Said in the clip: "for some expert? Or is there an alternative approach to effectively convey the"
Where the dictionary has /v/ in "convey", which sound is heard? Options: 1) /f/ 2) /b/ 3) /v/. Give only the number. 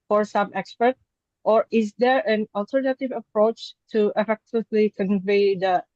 3